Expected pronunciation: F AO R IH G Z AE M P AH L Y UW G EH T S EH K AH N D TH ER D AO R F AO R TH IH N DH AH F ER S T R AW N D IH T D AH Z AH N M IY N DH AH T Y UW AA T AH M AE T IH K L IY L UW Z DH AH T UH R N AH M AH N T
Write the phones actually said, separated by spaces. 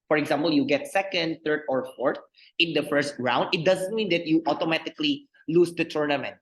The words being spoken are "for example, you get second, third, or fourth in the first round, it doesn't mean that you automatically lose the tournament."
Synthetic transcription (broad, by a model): F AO R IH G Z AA M P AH L Y UW G EH T S EH K AH N D T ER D AO R F AO R T IH N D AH F ER S T R AW N D IH T D AH Z AH N M IY N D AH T Y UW AA T AH M AE T IH K L IY L UW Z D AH T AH R N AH M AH N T